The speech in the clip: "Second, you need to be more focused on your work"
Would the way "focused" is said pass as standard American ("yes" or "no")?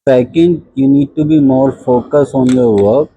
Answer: no